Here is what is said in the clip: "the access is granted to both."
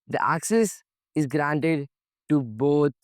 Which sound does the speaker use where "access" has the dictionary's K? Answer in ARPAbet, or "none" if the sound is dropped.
K